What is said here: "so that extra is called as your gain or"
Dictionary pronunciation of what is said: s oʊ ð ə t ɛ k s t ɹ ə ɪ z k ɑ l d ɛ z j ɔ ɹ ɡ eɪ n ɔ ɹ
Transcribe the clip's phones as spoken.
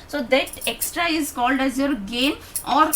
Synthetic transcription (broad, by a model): s oʊ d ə t ɛ k s t ɹ ə ɪ z k ɑ l d ɛ z j ɔ ɹ ɡ eɪ n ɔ ɹ